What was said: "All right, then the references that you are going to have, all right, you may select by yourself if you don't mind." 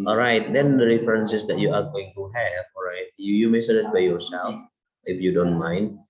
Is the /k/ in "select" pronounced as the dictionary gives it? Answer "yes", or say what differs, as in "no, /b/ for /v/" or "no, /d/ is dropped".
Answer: no, /k/ is dropped